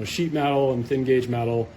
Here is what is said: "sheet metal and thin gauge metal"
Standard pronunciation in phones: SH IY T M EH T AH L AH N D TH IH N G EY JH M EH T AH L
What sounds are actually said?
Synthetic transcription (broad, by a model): SH IY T M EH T L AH N TH IH N G EY JH M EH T L